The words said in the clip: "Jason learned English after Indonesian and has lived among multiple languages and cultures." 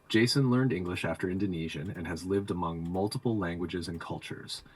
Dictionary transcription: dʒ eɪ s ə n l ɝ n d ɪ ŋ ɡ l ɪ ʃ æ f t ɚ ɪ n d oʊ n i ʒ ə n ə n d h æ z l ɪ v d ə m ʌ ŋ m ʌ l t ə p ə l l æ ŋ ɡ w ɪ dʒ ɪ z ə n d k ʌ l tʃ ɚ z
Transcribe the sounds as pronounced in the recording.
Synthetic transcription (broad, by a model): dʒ eɪ s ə n l ɝ n d ɪ ŋ ɡ l ɪ ʃ æ f t ɚ ɪ n d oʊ n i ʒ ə n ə n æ z l ɪ v d ə m ʌ ŋ m ʌ l t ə p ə l l æ ŋ ɡ w ɪ dʒ ɪ z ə n k ʌ l tʃ ɚ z